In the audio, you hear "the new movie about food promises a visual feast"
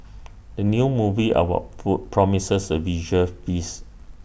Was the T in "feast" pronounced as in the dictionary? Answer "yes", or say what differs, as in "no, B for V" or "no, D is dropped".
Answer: no, T is dropped